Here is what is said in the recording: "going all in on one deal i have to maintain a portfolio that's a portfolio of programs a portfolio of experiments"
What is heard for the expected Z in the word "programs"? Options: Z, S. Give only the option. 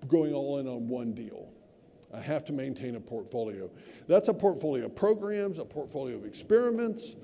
Z